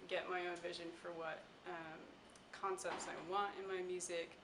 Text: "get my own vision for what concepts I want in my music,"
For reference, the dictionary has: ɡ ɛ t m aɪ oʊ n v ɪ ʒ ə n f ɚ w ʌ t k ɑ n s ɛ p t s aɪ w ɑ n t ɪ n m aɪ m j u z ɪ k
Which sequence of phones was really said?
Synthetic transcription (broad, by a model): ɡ ɛ t m aɪ oʊ n v ɪ ʒ ə n f ɚ w ʌ t k ɑ n s ɛ p t s aɪ w ɑ n t ɪ n m aɪ m j u z ɪ k